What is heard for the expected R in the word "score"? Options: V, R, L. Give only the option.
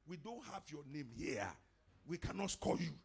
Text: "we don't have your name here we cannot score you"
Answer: L